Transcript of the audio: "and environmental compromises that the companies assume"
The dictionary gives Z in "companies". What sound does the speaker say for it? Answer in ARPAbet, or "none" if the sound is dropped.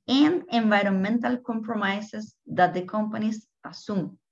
S